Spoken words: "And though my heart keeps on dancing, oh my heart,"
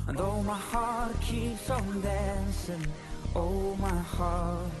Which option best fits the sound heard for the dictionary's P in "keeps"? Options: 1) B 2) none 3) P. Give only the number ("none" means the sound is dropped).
2